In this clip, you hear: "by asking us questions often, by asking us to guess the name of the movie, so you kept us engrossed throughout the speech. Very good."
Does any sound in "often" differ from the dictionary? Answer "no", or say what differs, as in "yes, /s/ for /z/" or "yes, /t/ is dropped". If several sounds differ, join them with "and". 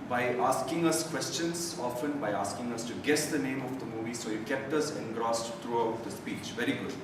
no